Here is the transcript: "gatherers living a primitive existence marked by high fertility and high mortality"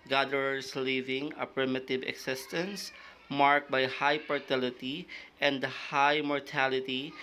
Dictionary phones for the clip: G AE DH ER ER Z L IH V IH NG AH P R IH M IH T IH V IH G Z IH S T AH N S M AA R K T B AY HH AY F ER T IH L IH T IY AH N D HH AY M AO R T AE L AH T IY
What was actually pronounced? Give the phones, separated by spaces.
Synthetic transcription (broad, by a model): G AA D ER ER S L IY V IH NG AH P R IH M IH T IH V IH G S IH S T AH N S M AA R K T B AY HH AY P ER T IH L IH T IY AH N D HH AY M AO R T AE L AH T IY